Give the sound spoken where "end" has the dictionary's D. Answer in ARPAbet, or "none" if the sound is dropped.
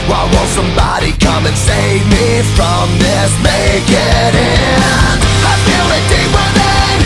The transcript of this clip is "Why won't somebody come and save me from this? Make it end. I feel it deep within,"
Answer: none